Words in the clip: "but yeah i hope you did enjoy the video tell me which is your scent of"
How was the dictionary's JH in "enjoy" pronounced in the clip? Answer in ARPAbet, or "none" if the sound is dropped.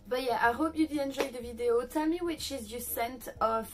ZH